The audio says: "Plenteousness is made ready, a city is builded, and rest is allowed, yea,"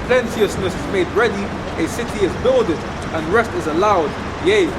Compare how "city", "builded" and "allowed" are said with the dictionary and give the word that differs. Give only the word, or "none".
none